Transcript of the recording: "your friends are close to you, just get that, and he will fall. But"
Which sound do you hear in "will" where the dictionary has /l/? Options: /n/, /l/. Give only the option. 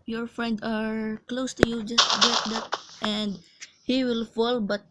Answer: /l/